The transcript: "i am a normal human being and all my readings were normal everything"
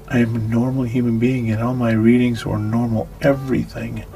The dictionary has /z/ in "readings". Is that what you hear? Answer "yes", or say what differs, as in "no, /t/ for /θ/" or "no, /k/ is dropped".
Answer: yes